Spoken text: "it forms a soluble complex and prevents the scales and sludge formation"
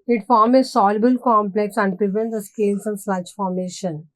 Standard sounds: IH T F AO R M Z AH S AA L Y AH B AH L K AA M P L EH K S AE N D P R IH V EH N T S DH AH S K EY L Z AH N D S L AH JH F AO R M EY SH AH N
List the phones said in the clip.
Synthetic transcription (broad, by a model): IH T F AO R M AH S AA L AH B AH L K AA M P L EH K S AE N D P R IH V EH N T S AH S K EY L S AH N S AH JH F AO R M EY SH AH N